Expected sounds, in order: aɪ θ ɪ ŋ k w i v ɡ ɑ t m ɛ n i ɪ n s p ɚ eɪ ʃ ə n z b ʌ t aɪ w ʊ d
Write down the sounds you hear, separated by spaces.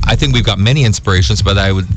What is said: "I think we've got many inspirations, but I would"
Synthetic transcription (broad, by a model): aɪ θ ɪ ŋ k w i v ɡ ɑ t m ɛ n i ɪ n s p ɚ eɪ ʃ ə n z b ʌ t aɪ w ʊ d